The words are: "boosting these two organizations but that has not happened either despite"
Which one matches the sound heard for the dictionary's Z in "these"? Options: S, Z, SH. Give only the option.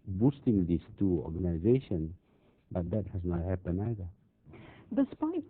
S